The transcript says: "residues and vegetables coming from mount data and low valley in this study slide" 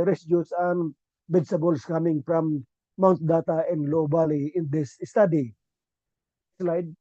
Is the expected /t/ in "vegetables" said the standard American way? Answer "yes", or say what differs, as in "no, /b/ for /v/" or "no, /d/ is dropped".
no, /s/ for /t/